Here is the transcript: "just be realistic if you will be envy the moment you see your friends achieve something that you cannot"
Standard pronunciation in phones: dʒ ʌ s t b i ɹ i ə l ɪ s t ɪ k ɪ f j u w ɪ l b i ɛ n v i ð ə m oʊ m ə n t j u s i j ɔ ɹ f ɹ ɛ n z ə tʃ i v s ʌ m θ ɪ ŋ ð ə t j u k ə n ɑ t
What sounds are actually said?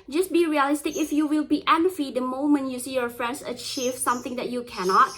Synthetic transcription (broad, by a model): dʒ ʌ s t b i ɹ i ə l ɪ s t ɪ k ɪ f j u w ɪ l b i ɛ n f i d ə m oʊ m ə n t j u s i j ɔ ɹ f ɹ ɛ n s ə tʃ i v s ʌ m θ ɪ ŋ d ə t j u k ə n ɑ t